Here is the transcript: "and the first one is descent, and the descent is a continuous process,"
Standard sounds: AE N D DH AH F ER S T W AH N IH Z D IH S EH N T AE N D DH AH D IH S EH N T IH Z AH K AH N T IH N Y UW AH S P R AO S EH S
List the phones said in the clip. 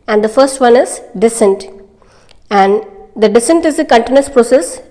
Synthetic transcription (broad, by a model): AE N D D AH F ER S T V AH N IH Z D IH S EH N T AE N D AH D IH S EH N T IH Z AH K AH N T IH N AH S P R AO S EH S